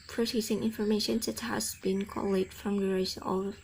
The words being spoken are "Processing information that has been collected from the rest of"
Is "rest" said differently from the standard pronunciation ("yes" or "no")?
yes